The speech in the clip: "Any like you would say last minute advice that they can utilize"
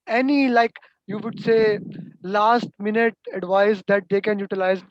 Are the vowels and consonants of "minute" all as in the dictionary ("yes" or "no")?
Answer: yes